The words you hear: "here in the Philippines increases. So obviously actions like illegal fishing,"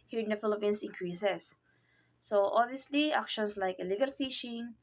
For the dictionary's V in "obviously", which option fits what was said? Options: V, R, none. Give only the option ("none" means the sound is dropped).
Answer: V